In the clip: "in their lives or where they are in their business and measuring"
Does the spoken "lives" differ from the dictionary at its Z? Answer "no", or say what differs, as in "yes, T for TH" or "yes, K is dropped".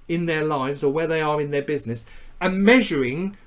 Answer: no